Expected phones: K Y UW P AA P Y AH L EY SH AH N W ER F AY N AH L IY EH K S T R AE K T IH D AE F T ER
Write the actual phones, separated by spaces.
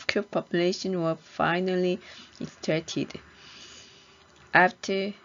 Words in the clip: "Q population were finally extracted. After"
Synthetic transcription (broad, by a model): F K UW P AA P Y AH L EY SH AH N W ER F AY N AH L IY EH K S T AE T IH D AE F T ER